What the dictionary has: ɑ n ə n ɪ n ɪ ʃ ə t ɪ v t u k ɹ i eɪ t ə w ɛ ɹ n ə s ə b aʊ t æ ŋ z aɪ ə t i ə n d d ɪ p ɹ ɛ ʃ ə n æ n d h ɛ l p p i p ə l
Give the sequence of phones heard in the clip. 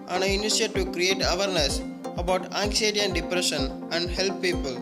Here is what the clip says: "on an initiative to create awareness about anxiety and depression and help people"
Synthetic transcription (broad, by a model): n ə n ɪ ɪ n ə s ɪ t u k ɹ i eɪ t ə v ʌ ɹ n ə s ə b aʊ t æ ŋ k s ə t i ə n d d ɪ p ɹ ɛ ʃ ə n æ n d h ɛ l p p i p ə l